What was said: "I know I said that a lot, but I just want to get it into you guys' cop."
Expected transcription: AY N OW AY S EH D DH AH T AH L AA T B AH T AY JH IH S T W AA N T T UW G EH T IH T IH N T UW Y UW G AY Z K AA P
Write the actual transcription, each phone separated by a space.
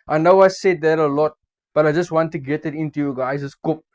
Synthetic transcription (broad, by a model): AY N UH AY S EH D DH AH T AH L AA T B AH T AY JH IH S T W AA N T T UW G EH T IH T IH N T UW Y UW G AY S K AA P